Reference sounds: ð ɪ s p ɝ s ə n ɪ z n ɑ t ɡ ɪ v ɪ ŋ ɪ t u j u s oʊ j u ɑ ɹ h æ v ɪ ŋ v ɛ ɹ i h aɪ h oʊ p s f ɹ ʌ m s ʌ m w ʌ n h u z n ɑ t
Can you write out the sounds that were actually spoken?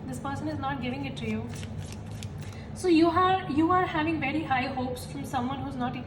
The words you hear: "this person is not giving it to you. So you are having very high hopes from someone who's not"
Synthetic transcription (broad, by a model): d ɪ s p ɝ s ə n ɪ z n ɑ t ɡ ɪ v ɪ ŋ ɪ t u j u s oʊ j u ɑ ɹ h æ v ɪ ŋ v ɛ ɹ i h aɪ h oʊ p s f ɹ ʌ m s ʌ m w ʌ n h u z n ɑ t